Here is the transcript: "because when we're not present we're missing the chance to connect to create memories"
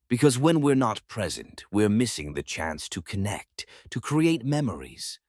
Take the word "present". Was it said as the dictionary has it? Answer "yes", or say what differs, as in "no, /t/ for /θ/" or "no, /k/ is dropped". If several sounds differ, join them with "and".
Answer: yes